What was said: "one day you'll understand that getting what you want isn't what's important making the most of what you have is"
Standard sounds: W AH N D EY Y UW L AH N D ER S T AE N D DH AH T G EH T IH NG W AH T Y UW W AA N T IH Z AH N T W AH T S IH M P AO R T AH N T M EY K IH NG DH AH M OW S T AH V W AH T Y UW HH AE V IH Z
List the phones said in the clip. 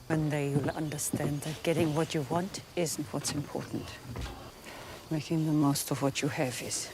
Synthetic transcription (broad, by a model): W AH N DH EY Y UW L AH N D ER S T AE N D DH AH T G EH T IH NG W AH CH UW W AA N T IH Z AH N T W AH T S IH M P AO R T N T M EY K IH NG DH AH M OW S T AH V W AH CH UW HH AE V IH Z